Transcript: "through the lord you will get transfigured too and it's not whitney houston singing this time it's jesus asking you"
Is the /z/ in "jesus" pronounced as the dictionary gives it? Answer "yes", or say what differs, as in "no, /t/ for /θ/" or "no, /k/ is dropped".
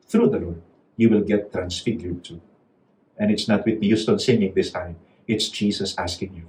no, /s/ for /z/